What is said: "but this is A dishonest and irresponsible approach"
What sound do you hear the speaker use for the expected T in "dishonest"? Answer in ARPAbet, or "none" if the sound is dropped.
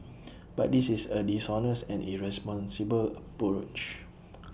none